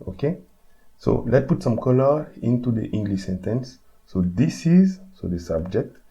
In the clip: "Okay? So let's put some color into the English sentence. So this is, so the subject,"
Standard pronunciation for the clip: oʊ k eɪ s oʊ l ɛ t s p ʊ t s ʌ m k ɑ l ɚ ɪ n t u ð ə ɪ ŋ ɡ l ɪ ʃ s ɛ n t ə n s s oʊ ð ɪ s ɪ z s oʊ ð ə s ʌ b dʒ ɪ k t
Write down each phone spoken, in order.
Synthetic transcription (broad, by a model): oʊ k eɪ s oʊ l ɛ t p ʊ t s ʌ m k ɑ l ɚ ɪ n t u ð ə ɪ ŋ ɡ l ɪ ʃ s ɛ n t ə n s s oʊ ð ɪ s ɪ z s oʊ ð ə s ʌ b dʒ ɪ k t